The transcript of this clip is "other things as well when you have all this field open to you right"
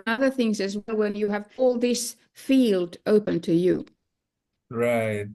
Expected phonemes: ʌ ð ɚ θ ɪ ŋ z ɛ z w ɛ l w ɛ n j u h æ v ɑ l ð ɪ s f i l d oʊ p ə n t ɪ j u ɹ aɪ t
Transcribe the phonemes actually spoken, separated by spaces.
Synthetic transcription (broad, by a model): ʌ ð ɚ θ ɪ ŋ z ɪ z w ɛ l w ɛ n j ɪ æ v ɑ l ð ɪ s f i l d oʊ p ə n t ɪ j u ɹ aɪ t